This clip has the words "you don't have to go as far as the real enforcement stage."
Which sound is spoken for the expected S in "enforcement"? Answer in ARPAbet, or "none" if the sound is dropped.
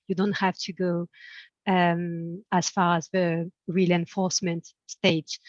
S